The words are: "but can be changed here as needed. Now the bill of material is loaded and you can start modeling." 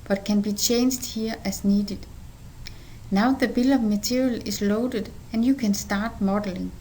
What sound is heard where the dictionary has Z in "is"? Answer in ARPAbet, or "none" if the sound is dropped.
S